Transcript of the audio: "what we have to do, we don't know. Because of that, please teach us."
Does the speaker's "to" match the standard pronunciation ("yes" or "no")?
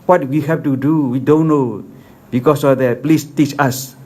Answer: yes